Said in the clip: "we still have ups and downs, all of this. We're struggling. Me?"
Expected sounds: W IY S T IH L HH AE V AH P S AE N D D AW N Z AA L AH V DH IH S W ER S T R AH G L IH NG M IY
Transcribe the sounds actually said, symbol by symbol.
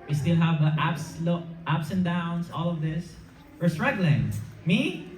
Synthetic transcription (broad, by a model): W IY S T IH L HH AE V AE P S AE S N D AW N S AA L AH V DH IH S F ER S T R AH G L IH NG M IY